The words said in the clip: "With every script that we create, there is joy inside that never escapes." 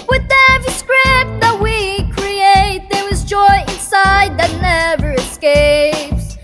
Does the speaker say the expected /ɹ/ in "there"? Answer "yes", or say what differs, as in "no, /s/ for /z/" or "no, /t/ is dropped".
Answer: no, /w/ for /ɹ/